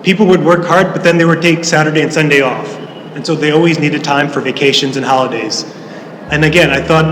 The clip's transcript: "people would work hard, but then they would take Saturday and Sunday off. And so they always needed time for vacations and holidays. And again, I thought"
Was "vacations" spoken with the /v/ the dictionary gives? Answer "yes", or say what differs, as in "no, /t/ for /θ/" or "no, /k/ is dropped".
yes